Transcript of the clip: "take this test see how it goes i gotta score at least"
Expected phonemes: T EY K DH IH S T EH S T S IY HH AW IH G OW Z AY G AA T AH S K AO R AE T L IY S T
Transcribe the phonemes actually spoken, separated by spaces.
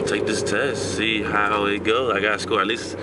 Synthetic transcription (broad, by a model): T EY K DH IH S T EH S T S IY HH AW IH G OW AY G AA T AH S K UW L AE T L IY S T